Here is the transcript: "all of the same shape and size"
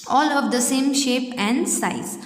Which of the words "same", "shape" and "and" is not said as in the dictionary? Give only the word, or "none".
none